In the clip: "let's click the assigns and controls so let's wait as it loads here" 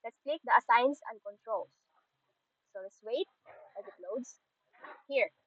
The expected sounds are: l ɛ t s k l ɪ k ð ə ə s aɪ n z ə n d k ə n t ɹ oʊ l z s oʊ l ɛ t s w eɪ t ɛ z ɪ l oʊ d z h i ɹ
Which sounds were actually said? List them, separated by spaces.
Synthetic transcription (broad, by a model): l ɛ t s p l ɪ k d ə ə s aɪ n s ə n d k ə n t ɹ oʊ l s s oʊ l ɛ t s w eɪ t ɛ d ɪ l oʊ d s h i ɹ